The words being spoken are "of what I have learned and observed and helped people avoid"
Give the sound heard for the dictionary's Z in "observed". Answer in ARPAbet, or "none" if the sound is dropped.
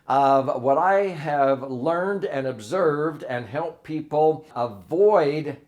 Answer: Z